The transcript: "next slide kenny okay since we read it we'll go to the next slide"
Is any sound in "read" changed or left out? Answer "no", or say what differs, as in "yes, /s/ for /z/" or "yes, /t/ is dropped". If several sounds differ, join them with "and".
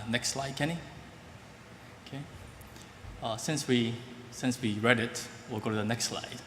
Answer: no